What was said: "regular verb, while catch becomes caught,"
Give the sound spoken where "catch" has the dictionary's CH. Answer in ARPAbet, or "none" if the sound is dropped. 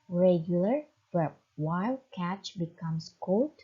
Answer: CH